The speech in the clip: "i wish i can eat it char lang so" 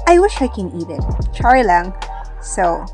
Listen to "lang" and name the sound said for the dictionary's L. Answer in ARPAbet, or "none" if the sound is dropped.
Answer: L